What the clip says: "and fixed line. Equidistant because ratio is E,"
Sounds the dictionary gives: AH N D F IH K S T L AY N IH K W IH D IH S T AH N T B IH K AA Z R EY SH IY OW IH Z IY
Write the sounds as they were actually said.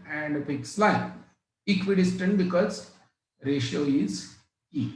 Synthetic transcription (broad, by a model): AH N D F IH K S L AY IH K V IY D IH S T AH N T B IH K AA Z R EY SH IY OW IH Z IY